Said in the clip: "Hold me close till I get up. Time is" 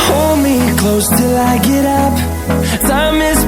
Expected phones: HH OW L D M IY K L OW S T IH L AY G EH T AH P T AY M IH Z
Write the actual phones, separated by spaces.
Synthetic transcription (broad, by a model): HH OW L D M IY K L OW S T IH L AY G EH T AH P S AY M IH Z